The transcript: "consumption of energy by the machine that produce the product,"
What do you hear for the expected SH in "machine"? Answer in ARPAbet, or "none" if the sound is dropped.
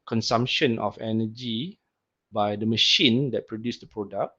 SH